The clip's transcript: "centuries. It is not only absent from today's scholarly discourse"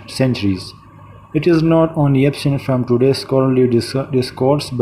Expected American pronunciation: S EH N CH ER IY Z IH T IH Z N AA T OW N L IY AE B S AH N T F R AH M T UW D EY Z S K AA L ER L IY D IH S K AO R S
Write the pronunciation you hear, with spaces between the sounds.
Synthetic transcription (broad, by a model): S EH N CH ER IY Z IH T IH Z N AA T OW N L IY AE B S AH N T F R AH M T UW D EY S K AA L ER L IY D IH S K AO R S